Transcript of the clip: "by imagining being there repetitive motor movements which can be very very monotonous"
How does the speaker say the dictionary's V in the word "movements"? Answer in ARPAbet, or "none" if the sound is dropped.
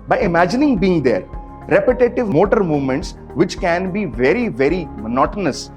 V